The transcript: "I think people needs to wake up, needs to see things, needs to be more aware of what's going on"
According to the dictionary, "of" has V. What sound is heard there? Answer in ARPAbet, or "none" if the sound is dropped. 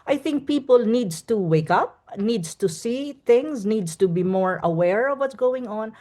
V